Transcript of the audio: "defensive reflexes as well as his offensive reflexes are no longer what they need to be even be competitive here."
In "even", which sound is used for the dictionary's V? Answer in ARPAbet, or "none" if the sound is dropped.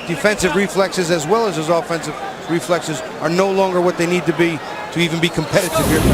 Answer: V